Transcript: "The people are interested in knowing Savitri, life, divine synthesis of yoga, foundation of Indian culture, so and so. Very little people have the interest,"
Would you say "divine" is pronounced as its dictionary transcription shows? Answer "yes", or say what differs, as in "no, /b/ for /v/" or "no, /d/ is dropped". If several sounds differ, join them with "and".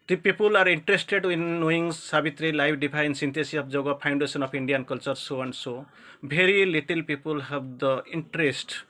no, /p/ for /v/